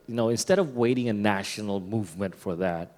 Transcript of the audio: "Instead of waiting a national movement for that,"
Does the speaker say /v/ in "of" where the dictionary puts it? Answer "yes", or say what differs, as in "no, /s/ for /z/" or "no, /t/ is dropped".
yes